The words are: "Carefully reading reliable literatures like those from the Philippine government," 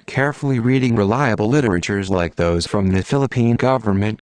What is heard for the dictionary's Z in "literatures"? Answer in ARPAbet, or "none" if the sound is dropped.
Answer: Z